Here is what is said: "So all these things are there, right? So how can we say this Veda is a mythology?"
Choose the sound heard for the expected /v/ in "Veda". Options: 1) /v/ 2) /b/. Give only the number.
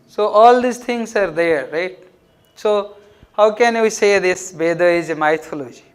2